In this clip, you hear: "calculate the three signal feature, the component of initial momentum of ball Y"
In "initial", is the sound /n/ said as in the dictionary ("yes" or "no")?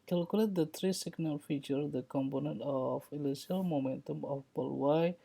no